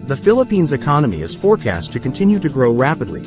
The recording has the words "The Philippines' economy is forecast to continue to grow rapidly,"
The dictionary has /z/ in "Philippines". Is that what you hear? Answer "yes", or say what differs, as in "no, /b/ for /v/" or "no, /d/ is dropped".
yes